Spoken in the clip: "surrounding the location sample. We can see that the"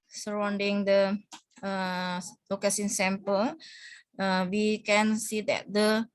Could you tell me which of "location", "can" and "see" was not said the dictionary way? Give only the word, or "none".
location